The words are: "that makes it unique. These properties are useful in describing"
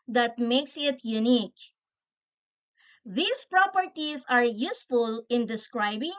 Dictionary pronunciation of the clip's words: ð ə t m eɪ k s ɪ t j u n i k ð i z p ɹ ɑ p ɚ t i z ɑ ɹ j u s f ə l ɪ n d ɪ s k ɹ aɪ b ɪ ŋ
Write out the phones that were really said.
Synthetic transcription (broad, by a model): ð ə t m eɪ k s ɪ t j u n i k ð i s p ɹ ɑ p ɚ t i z ɑ ɹ j u s f ə l ɪ n d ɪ s k ɹ aɪ b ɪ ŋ